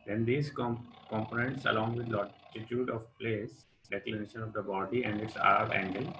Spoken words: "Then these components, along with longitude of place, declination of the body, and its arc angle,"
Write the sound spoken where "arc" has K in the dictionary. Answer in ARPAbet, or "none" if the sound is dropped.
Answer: none